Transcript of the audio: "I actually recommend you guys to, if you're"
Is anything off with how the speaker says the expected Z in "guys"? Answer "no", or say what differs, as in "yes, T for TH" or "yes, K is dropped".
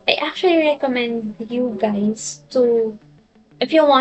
yes, S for Z